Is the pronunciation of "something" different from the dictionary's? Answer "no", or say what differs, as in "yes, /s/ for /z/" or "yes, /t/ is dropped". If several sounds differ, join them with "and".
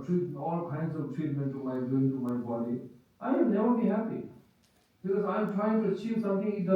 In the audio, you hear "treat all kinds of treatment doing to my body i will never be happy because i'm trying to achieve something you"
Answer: yes, /t/ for /θ/